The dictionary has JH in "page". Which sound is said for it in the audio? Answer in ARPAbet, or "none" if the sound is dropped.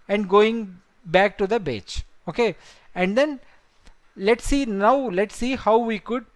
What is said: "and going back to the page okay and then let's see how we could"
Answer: CH